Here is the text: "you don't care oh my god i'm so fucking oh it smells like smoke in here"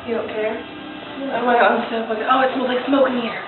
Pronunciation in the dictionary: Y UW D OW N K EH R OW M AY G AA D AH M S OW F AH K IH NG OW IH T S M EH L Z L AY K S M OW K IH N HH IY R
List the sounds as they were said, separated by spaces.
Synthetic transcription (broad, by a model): Y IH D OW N K EH R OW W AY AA AH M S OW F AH IH OW IH T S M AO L L AY K S M OW K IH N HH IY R